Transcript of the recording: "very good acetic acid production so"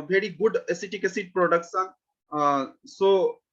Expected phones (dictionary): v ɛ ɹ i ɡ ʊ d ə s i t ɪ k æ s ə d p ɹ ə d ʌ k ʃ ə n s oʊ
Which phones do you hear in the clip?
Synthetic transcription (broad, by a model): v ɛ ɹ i ɡ ʊ d ə s i t ɪ k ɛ s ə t p ɹ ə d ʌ k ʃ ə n s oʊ